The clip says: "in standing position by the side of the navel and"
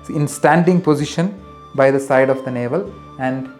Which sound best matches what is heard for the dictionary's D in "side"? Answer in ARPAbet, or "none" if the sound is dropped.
D